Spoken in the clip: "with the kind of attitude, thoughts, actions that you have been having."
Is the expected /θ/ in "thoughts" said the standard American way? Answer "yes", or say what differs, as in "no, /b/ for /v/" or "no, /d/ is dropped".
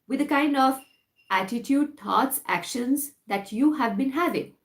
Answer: no, /t/ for /θ/